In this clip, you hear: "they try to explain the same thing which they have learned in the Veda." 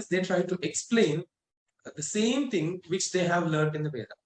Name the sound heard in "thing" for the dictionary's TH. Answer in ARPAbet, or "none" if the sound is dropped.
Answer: T